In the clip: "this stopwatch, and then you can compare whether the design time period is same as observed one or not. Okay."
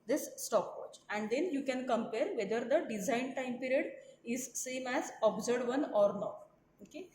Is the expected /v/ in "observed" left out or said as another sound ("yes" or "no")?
yes